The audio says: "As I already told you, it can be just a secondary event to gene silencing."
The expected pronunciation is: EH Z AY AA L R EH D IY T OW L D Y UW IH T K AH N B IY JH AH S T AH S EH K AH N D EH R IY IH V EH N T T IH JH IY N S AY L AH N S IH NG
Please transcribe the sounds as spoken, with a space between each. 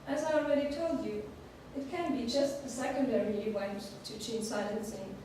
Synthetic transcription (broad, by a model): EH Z AY AA L R EH D IY T OW L D Y UW IH T K AH N B IY JH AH S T AH S EH K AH N D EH R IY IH W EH N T T IH CH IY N S AY L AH N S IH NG